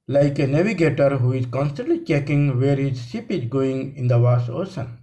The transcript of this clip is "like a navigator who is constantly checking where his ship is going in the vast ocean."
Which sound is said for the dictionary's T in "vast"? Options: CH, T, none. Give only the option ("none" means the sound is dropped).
none